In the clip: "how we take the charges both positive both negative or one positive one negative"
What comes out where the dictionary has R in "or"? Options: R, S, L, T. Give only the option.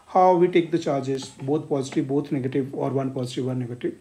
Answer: R